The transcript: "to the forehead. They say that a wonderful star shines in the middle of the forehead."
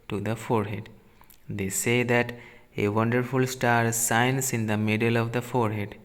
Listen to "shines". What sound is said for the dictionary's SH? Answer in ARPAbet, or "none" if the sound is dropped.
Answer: S